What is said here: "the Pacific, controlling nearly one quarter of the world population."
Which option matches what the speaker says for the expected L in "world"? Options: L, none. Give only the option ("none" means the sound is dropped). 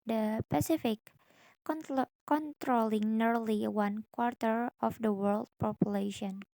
L